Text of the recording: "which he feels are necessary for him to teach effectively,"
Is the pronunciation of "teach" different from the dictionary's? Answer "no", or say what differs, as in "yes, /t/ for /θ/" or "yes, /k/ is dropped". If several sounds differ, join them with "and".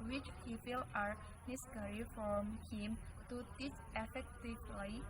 yes, /s/ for /tʃ/